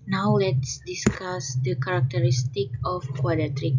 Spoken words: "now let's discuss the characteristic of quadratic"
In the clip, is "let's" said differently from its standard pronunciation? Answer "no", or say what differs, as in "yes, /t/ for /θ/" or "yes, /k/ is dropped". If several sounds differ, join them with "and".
no